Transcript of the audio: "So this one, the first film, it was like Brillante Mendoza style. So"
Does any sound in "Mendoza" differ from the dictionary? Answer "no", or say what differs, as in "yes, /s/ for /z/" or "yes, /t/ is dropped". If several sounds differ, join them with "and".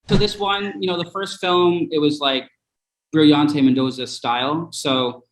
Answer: no